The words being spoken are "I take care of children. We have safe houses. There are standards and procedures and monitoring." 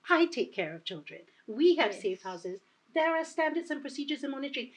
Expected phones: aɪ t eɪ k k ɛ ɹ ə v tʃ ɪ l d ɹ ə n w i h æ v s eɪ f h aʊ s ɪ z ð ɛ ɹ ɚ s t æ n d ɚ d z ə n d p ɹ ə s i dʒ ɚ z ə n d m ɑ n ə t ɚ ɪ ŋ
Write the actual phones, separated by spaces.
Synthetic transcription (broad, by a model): aɪ t eɪ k k ɛ ɹ ə v tʃ ɪ l d ɹ ə n w i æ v s eɪ f h aʊ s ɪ z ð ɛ ɹ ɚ s t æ n d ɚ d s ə n p ɹ ə s i dʒ ɚ z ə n m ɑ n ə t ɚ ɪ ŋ